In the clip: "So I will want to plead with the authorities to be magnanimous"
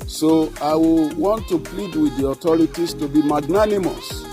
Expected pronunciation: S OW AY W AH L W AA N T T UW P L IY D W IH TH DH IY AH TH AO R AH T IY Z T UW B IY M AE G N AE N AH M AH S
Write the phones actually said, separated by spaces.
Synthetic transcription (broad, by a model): S OW AY W AH L W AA N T T UW P L IY D W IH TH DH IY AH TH AO R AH T IY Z T UW B IY M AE G N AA N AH M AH S